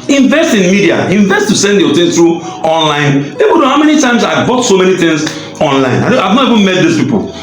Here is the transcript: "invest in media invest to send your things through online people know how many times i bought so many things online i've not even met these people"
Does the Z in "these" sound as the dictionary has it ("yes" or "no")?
no